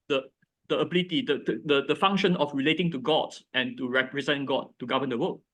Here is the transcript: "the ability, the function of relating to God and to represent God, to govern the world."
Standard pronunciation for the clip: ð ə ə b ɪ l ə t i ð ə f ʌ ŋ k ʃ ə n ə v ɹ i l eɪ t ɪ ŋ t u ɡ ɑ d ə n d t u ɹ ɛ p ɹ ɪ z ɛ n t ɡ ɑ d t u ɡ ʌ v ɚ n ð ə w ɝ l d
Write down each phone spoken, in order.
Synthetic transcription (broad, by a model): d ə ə b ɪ l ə t i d ə f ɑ ŋ k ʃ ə n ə f ɹ i l eɪ t ɪ ŋ t u ɡ ɑ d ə n t u ɹ ɛ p ɹ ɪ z ɛ n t ɡ ɑ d t u ɡ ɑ v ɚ n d ə w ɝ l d